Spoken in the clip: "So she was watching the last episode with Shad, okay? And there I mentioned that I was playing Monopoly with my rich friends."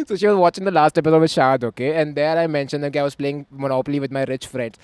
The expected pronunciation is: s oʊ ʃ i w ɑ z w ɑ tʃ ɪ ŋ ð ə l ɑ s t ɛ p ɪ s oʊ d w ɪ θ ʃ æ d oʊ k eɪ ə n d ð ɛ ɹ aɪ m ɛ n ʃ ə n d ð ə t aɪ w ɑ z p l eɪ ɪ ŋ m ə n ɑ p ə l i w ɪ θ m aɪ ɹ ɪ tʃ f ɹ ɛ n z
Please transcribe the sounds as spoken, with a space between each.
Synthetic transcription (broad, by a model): s oʊ ʃ i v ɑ z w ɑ tʃ ɪ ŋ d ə l ɑ s t ɛ p ɪ s oʊ d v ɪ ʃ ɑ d oʊ k eɪ ə n d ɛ ɹ aɪ m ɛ n ʃ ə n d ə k aɪ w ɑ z p l eɪ ɪ ŋ m ə n ɑ p ə l i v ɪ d m aɪ ɹ ɪ tʃ f ɹ ɛ n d